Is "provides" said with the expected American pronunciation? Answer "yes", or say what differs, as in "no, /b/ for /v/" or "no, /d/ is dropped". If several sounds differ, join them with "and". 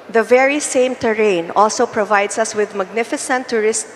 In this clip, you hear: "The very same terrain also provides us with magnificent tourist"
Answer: no, /s/ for /z/